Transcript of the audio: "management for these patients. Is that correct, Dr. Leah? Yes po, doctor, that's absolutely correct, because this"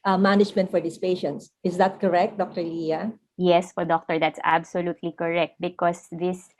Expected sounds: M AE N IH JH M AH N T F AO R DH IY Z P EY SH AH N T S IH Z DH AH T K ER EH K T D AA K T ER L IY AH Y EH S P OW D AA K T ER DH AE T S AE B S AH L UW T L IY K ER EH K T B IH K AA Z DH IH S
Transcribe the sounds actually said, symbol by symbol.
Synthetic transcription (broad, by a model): M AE N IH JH M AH N T F AO R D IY S P EY SH AH N T S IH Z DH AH T K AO EH K T D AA K T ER L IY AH Y EH S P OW D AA K T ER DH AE T S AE B S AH L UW T L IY K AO EH K T B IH K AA S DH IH S